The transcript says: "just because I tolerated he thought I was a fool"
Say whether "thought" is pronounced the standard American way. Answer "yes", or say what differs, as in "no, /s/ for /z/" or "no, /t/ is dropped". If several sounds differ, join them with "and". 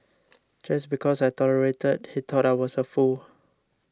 no, /t/ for /θ/